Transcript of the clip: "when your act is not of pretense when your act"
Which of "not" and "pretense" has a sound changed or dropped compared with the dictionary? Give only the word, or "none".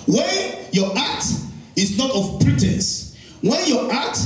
none